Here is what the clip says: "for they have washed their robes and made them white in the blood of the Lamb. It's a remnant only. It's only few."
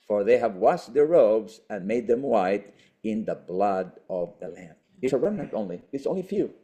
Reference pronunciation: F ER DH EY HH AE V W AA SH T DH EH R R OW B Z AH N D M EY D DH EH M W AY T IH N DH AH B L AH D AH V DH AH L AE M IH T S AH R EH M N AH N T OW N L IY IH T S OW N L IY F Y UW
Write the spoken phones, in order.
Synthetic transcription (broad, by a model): F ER DH EY HH AE V W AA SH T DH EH R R OW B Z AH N M EY D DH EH M W AY T IH N DH AH B L AH D AH V DH AH L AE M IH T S AH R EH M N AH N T OW N L IY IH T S OW N L IY F Y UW